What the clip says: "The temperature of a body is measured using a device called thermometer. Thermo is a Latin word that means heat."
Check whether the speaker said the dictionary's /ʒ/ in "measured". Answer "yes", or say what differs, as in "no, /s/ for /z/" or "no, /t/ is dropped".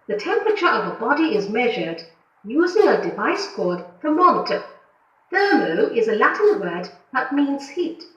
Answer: yes